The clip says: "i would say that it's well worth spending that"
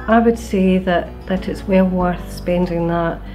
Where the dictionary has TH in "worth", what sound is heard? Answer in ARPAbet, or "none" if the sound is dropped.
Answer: TH